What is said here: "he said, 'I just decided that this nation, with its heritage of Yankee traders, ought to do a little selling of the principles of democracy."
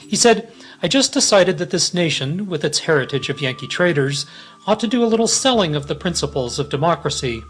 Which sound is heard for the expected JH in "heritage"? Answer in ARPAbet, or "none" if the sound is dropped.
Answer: JH